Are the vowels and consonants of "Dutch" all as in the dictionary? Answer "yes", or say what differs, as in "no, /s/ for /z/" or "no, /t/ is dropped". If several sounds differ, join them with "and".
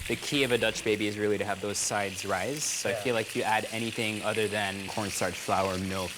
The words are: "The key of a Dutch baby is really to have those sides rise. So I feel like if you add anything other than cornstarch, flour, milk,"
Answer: yes